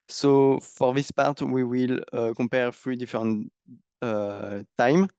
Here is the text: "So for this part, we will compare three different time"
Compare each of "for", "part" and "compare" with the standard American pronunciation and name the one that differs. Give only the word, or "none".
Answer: compare